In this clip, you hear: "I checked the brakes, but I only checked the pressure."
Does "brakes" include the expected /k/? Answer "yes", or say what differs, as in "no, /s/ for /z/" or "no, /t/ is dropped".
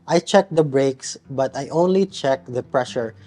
yes